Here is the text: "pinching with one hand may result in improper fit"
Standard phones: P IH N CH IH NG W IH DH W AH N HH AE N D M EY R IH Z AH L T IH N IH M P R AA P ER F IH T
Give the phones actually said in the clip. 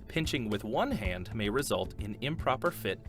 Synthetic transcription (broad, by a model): P IH N CH IH NG W IH DH W AH N HH AE N D M EY R IH Z AH L T IH N IH M P R AA P ER F IH T